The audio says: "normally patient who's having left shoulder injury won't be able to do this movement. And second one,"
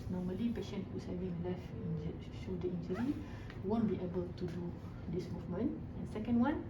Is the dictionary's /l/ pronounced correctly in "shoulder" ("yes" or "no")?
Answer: no